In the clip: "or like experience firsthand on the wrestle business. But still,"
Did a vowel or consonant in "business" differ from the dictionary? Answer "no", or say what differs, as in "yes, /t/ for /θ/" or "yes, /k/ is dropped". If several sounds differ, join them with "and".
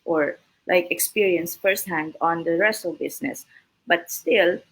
yes, /s/ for /z/